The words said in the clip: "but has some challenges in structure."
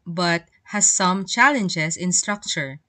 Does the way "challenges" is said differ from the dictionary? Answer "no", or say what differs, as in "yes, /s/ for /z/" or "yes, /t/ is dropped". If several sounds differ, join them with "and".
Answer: yes, /s/ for /z/